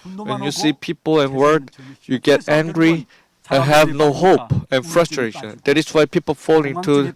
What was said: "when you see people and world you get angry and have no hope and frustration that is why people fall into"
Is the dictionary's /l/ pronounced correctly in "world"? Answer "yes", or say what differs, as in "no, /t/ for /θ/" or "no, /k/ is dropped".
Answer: no, /l/ is dropped